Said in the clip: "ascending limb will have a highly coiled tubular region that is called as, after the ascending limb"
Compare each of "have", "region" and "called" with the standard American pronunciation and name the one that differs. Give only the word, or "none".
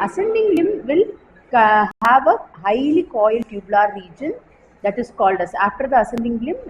none